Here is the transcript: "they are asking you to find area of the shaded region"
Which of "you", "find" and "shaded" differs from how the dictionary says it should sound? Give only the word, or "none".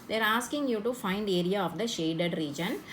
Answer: none